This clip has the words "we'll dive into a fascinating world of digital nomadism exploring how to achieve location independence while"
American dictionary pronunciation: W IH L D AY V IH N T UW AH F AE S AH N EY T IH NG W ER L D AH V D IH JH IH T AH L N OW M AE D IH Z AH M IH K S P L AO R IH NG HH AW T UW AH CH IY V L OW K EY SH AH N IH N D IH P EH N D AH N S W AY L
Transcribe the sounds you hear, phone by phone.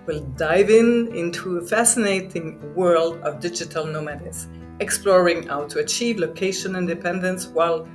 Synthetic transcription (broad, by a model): W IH L D AY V IH N T UW AH F AE S AH N EY T IH NG W ER L D AH V D IH JH IH T AH L N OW M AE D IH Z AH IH K S P L AO R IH NG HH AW T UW AH CH IY V L OW K EY SH AH N IH N D IH P EH N D AH N S W AY L